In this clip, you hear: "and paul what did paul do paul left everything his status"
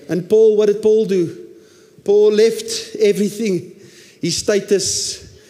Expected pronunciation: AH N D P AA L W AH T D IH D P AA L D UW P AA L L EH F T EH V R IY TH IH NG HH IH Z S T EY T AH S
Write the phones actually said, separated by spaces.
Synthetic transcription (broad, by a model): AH N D P AA L W AH T D IH D P AA L D UW P AA L L EH F T EH V R IY TH IH NG HH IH S T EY T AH S